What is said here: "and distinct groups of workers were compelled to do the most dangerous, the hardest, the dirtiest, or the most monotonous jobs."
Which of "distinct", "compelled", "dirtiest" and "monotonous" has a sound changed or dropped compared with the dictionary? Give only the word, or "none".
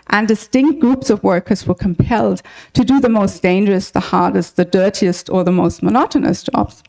none